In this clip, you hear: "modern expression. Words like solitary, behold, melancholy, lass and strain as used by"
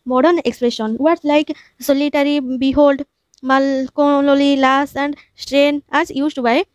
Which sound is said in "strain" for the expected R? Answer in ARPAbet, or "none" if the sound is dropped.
R